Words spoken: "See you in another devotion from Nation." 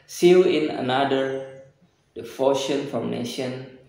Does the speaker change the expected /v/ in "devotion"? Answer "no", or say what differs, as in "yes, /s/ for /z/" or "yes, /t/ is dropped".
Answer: yes, /f/ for /v/